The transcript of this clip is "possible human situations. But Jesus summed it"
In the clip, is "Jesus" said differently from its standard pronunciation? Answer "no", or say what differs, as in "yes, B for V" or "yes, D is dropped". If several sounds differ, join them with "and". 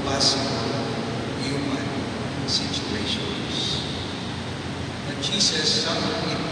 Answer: yes, SH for JH and S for Z